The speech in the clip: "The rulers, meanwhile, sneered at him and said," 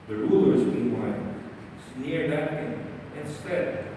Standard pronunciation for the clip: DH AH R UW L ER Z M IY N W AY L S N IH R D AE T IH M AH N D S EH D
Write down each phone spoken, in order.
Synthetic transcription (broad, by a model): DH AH R UW L ER Z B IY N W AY N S N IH R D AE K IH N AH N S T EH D